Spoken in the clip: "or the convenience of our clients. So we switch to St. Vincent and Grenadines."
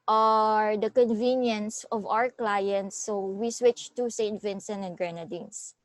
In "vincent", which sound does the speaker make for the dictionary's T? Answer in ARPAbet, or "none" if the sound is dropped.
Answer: none